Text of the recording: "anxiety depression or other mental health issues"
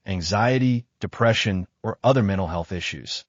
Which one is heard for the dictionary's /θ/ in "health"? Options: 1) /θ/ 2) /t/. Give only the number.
1